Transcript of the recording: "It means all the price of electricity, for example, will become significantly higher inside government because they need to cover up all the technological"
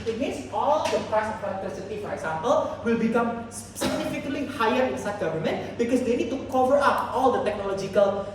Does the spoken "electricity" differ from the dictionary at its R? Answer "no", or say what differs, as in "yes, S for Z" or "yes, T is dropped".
yes, R is dropped